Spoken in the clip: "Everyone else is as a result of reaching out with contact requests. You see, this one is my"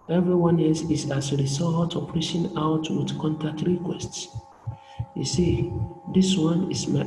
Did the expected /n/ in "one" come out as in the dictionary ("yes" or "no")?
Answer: yes